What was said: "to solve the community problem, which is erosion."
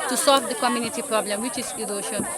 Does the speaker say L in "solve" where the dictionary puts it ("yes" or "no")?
yes